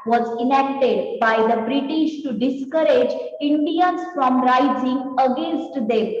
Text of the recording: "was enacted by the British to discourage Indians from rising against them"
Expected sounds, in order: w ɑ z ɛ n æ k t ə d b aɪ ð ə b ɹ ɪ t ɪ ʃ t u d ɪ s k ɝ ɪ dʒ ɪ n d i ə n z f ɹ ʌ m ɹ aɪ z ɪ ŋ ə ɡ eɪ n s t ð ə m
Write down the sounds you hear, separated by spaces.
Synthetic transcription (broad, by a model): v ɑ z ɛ n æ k t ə d b aɪ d ə b ɹ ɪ t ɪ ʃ t u d ɪ s k ɝ ɪ dʒ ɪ n d i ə n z f ɹ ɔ m ɹ aɪ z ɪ ŋ ə ɡ eɪ n s t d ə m